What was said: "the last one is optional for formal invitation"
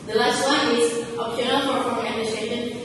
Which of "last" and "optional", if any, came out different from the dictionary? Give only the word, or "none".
optional